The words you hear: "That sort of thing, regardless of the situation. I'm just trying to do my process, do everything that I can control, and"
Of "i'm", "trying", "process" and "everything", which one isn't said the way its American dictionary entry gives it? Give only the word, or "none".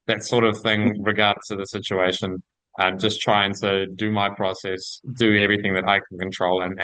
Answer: none